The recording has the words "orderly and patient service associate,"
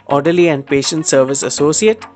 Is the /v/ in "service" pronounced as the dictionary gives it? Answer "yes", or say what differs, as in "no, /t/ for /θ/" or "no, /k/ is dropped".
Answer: yes